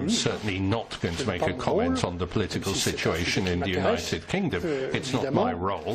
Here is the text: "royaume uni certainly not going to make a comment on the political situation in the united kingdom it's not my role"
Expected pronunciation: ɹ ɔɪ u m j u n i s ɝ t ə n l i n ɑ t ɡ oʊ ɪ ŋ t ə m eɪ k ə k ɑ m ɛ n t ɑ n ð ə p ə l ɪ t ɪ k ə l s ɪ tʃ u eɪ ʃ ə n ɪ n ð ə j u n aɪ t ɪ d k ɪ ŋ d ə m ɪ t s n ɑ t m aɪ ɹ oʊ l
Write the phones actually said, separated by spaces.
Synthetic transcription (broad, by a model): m s ɝ t n l i n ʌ t ɡ oʊ ɪ ŋ t ə m eɪ k ə k ɑ m ɛ n t n ð ə p ə l ɪ t ɪ k ə l s ɪ tʃ u eɪ ʃ ə n ɪ n ð ə j u n aɪ t ɪ d k ɪ ŋ d ə m ɪ t s n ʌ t m aɪ ɹ oʊ l